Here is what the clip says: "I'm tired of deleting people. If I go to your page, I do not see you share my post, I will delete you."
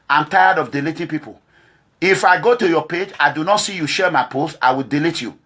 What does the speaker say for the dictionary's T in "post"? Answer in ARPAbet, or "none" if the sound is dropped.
none